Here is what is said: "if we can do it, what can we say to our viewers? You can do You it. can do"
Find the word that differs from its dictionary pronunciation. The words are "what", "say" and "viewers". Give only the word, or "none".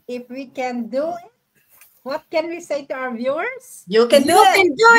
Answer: viewers